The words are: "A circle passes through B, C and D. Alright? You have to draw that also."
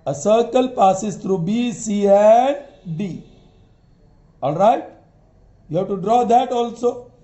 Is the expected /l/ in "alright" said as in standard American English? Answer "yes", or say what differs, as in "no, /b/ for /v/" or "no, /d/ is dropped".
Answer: yes